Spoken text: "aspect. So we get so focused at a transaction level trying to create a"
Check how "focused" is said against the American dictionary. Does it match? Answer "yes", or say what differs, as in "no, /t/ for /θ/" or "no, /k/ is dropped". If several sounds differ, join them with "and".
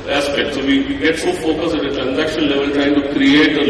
no, /t/ is dropped